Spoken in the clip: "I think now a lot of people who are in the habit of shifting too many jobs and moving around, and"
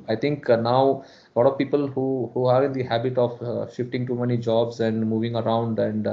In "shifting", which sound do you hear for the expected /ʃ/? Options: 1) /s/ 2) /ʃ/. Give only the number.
2